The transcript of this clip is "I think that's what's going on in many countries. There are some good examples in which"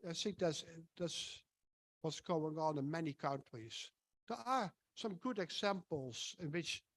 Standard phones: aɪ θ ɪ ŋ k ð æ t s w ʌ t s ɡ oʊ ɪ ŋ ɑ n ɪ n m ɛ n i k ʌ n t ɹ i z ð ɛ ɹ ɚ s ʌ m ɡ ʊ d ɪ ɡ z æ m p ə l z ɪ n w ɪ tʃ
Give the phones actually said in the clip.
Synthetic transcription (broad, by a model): aɪ θ ɪ ŋ k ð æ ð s w ʌ t s ɡ oʊ ɪ ŋ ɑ n ɪ n m ɛ n i k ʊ n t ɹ i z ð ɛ ɹ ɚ s ʌ m ɡ ʊ d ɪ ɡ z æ m p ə l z ɪ n w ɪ tʃ